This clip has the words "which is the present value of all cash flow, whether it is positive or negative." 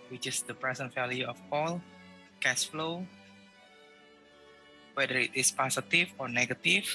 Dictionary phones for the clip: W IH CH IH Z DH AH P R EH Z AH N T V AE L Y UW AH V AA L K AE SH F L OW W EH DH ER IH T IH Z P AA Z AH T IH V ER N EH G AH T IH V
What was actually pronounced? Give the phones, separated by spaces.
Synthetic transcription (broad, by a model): W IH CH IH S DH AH P R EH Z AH N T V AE L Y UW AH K AA L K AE S F L OW W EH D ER IH T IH S P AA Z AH T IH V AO N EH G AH T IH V